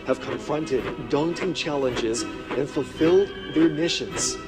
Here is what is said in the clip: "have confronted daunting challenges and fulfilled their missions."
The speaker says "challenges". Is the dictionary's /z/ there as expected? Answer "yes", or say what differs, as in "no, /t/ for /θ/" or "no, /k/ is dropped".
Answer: yes